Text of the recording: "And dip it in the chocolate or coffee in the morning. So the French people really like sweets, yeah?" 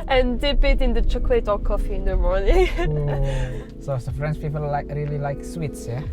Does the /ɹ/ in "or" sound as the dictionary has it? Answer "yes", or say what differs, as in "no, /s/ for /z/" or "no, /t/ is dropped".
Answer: no, /l/ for /ɹ/